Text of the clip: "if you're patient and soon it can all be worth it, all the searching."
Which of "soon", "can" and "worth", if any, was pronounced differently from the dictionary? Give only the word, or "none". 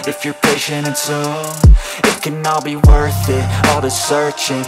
soon